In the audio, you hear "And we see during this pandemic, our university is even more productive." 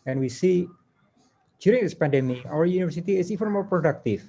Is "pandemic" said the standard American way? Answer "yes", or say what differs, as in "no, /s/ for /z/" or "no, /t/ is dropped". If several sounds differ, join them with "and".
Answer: no, /k/ is dropped